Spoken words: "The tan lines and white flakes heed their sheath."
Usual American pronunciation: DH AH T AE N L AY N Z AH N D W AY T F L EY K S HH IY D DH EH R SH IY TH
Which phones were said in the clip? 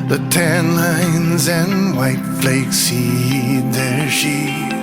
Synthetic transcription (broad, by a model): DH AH T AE N L AY N Z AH N W AY T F L EY K S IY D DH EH R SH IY